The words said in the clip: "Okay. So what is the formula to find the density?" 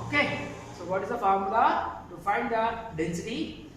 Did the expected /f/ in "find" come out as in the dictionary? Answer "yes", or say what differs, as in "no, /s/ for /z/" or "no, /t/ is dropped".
yes